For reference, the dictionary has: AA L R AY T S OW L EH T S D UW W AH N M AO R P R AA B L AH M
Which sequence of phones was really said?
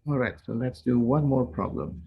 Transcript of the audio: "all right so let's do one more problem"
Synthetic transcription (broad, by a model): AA R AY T S OW L EH T S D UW W AH N M AO R P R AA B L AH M